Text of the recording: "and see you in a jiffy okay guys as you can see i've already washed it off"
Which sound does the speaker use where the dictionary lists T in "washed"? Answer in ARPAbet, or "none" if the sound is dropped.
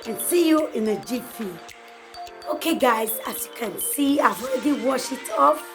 none